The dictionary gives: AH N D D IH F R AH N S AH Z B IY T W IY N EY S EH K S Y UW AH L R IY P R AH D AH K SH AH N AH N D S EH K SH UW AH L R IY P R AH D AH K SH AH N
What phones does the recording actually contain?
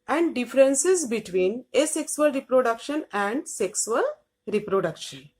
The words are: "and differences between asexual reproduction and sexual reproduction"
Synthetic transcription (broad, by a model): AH N D D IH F R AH N S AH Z B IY T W IY N EY S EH K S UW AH L R IY P R AH D AH K SH AH N AH N D S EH K S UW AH L R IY P R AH D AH K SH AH N